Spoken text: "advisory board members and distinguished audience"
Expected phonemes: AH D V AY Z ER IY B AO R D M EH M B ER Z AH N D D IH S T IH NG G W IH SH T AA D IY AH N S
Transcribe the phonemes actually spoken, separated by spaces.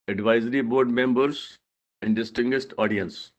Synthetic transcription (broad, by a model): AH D V AY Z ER IY B AO R D M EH M B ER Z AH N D D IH S T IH NG G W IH S T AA D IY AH N S